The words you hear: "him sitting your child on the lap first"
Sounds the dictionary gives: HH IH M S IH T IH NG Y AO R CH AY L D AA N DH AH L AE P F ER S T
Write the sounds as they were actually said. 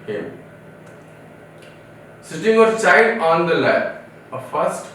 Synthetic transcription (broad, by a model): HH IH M S IH T IH NG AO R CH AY D AA N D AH L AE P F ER S T